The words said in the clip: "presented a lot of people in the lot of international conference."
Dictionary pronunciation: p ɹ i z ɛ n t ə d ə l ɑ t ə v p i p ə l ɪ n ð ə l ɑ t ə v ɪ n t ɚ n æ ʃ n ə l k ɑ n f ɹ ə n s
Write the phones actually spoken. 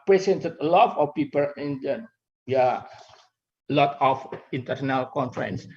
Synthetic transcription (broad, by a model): p ɹ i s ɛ n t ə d ə l ɑ t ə f p i p ə l ɪ n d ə l ɑ t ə f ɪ n t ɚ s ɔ n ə l k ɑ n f ɹ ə n s